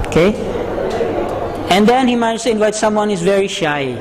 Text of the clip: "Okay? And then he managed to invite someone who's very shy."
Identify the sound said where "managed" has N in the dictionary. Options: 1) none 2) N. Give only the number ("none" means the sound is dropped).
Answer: 1